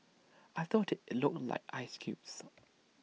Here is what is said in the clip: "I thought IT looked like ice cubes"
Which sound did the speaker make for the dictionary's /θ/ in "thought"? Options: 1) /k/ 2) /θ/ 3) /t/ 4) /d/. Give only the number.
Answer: 2